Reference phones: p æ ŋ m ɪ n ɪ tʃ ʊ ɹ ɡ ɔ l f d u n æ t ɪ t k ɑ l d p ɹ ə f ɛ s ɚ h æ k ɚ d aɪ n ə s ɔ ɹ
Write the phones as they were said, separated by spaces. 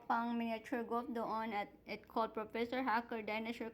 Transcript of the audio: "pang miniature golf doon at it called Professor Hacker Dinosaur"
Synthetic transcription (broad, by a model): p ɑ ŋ m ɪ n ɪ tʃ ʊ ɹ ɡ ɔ f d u n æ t ɪ t k ɑ l d p ɹ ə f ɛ s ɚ h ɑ k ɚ d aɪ n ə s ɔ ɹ